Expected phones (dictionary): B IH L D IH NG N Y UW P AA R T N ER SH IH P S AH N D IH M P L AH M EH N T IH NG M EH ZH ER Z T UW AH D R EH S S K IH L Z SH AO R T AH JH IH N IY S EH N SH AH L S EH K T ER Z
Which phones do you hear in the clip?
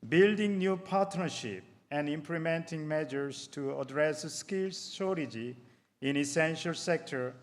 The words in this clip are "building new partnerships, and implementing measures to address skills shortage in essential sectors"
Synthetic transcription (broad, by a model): B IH L D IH NG N Y UW P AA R T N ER SH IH P AH N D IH M P L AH M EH N T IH NG M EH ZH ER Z T UW AH D R EH S S K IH L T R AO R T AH JH IH N IY S EH N SH AH L S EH K T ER